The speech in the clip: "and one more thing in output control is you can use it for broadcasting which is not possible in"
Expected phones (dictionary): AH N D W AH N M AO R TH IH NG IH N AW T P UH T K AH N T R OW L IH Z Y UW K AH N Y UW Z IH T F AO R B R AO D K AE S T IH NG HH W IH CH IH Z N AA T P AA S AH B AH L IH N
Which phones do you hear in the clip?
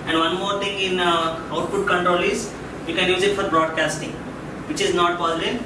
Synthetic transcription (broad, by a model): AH N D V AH N M AO R T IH NG IH N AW T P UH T K AH N T R OW L IH Z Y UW K AH N Y UW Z IH T F AO R B R AO D K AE S T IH NG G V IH CH IH Z N AA T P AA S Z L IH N